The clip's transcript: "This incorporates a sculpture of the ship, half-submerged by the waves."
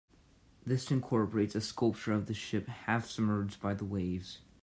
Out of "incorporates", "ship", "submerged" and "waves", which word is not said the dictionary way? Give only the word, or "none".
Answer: submerged